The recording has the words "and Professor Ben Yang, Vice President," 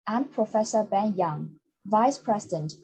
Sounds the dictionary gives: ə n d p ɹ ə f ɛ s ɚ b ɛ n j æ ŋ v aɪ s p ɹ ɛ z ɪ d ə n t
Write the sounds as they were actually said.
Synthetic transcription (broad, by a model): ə n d p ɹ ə f ɛ s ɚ b ɛ n j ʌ ŋ v aɪ s p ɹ ɛ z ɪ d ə n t